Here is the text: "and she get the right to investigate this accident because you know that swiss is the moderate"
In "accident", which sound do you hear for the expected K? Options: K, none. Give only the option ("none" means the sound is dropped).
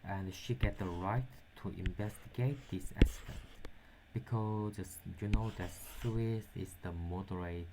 none